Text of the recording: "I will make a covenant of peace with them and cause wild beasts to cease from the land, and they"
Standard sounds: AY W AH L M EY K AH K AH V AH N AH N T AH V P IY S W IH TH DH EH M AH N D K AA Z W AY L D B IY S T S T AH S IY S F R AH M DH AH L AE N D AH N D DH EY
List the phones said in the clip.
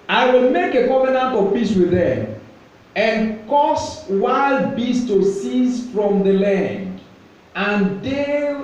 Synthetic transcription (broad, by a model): AY W AH L M EY K AH K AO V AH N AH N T AH V P IY S W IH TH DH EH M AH N K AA S W AY L D B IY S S T AH S IY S F R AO M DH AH L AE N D AH N D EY